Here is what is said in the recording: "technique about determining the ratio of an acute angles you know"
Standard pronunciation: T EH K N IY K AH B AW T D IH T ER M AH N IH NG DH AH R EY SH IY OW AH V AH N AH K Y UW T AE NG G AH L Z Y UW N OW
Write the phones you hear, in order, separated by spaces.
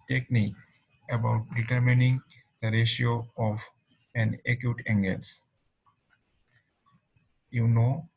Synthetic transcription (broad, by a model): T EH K N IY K AH B AW T D IH T ER M AH N IH NG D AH R EY SH IY OW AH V AH N AH K Y UW T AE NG G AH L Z Y UW N OW